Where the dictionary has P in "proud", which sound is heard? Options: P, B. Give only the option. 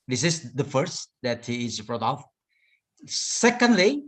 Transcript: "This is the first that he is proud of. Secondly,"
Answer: B